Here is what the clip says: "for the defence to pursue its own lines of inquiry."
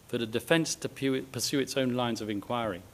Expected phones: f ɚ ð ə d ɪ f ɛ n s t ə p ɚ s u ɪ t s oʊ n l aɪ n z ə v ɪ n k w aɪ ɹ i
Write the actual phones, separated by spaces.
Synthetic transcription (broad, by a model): f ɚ ð ə d ɪ f ɛ n s t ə p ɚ s u ɪ t s oʊ n l aɪ n z ə v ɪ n k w aɪ ɹ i